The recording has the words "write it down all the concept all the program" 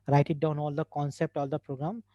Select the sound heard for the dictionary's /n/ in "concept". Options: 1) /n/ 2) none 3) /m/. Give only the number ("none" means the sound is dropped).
1